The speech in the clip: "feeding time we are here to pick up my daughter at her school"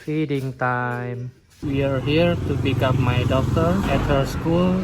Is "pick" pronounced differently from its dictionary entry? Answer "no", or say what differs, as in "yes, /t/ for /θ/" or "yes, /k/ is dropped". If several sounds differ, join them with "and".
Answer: yes, /b/ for /p/